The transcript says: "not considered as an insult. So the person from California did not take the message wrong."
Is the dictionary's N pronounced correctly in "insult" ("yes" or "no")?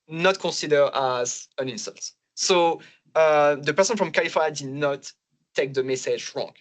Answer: yes